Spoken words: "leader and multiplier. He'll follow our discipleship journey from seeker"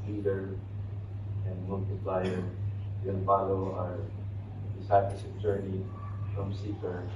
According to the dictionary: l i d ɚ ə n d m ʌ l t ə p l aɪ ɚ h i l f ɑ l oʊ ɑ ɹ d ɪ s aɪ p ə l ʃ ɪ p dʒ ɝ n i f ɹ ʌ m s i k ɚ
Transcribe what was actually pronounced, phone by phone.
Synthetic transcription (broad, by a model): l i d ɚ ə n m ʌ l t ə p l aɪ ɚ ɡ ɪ n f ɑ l oʊ ɑ ɹ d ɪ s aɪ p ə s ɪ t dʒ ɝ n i f ɹ ʌ m s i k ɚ